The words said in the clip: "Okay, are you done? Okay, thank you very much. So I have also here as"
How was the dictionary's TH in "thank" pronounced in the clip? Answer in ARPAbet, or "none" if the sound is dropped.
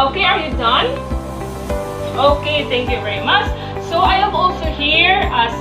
T